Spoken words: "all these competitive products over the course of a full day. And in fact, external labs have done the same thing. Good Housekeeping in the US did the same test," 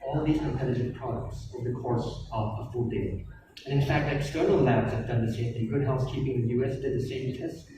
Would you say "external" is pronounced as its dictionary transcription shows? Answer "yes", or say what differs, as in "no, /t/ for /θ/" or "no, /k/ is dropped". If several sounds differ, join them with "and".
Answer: no, /n/ is dropped